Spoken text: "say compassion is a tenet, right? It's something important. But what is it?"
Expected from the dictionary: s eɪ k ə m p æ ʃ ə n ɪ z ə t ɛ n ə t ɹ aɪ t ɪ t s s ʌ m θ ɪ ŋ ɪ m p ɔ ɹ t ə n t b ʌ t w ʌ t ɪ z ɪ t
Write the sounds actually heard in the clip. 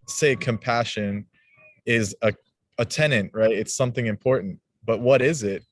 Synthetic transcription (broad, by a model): s eɪ k ə m p æ ʃ ə n ɪ z ə t ɛ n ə t ɹ aɪ t ɪ t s s ʌ m θ ɪ ŋ ɪ m p ɔ ɹ t n t b ʌ t w ʌ t ɪ z ɪ t